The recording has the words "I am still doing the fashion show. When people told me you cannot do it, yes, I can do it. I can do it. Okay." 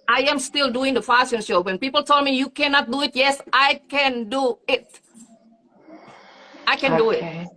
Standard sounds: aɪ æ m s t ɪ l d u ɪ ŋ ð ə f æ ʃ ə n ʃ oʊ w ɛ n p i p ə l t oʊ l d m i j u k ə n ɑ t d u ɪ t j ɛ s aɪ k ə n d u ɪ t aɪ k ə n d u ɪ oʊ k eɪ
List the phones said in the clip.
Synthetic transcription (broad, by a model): aɪ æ m s t ɪ l d u ɪ ŋ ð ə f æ s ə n ʃ oʊ w ɛ n p i p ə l t oʊ l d m i j u k ə n ɑ t d u ɪ t j ɛ s aɪ k ə n d u ɪ t aɪ k ə n d u ɪ